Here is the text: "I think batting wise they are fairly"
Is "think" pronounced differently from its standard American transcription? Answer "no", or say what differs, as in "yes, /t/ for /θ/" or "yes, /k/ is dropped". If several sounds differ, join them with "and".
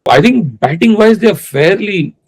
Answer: yes, /t/ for /θ/